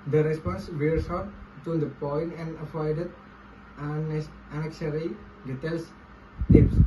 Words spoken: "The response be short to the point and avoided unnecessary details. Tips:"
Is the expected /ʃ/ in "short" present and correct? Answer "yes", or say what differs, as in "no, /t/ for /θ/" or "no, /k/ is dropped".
no, /s/ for /ʃ/